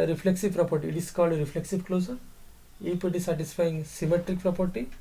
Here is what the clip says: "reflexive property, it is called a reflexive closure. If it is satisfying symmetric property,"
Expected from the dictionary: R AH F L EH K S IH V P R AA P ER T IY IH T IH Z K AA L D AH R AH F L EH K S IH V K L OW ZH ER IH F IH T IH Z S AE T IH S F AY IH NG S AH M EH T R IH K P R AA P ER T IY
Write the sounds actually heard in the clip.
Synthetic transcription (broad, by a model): R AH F L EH K S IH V P R AA P ER T IY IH T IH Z K AA L D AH R AH F L EH K S IH V K L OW S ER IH P IH T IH S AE T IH S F AY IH NG S AH M EH T R IH K P R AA P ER T IY